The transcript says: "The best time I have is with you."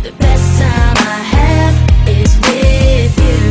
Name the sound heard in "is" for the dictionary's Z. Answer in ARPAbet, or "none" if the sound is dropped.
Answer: Z